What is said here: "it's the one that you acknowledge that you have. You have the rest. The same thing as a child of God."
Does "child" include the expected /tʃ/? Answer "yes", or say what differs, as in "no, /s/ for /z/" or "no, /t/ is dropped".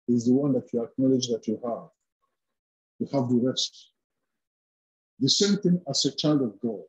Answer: yes